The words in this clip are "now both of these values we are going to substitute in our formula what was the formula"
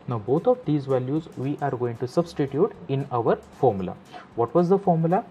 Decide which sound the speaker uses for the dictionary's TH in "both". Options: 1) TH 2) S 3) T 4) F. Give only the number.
3